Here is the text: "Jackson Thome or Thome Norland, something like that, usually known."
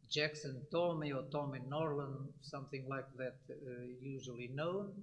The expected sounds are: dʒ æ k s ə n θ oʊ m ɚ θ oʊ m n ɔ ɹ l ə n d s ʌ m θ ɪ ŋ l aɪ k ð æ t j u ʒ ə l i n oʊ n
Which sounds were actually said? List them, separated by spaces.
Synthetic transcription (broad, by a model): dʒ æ k s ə n t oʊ m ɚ t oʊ m n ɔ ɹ l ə n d s ʌ m θ ɪ ŋ l aɪ k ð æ t j u ʒ ə l i n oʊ n